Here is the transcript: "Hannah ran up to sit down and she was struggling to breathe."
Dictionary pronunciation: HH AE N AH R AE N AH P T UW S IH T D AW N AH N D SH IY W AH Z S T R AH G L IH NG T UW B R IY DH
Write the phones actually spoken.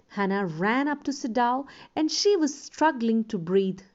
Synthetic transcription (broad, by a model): HH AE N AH R AE N AH P T UW S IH D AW AH N D SH IY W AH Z S T R AH G L IH NG T UW B R IY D